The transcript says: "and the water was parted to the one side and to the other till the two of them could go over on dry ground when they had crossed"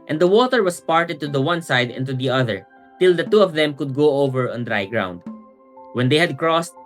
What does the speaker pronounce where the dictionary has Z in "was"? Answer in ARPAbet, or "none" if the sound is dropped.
S